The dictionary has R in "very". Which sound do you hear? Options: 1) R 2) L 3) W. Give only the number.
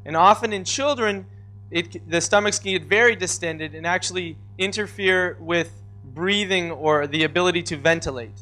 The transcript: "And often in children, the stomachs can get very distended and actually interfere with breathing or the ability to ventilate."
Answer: 1